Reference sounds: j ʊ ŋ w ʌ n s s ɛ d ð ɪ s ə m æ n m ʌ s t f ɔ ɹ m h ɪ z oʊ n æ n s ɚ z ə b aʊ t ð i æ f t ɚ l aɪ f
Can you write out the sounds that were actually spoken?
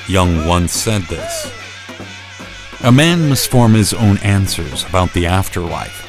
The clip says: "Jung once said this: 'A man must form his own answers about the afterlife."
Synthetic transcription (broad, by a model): j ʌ ŋ w ʌ n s s ɛ d ð ɪ s ə m æ n m ʌ s t f ɔ ɹ m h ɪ z oʊ n æ n s ɚ z ə b aʊ t ð i æ f t ɚ l aɪ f